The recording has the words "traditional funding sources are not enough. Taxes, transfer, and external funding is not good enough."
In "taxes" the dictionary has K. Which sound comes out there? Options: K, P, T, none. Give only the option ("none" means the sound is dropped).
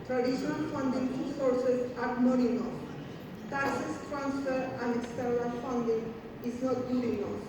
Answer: none